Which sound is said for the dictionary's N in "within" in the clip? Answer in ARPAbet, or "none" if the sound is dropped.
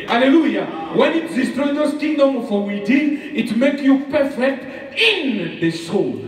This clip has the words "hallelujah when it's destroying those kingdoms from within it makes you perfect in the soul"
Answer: none